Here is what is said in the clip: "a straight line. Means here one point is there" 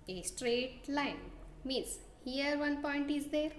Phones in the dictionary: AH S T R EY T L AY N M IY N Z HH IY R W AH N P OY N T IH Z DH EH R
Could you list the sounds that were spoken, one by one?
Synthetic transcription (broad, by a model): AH S T R EY T L AY N M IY N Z HH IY R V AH N P OY N T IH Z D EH R